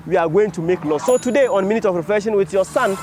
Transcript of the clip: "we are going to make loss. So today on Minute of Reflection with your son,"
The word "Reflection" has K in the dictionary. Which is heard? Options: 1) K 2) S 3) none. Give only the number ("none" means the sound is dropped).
3